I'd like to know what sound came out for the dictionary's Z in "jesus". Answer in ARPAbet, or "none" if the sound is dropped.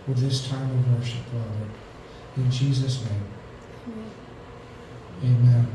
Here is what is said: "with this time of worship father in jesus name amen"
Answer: Z